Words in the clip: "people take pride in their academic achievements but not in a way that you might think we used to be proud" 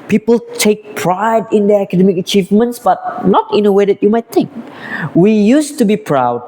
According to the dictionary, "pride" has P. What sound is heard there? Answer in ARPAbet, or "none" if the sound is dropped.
P